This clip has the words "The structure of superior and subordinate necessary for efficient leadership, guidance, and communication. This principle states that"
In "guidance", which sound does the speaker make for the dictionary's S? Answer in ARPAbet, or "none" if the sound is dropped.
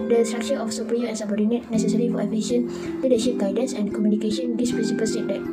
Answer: S